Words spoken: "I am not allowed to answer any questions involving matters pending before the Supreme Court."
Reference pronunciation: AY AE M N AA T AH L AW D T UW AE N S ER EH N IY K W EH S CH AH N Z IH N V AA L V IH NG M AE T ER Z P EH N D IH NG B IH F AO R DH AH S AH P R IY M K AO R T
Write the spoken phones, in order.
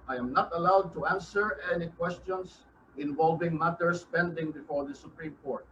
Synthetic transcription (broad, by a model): AY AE M N AA T AH L AW D T UW AE N S ER EH N IY K W EH S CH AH N S IH N V AA L V IH NG M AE T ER S P EH N D IH NG B IH F AO R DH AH S AH P R IY M K AO R T